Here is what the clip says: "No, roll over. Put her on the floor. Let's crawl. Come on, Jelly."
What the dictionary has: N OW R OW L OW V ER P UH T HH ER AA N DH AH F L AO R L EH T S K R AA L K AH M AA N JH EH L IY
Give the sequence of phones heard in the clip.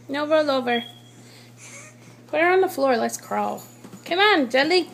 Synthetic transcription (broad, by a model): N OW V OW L OW V ER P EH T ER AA N DH AH F L AO R L EH T S K R AA L K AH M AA N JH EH L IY